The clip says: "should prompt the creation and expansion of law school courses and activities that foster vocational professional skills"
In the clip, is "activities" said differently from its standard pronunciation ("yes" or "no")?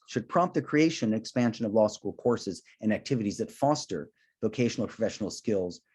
no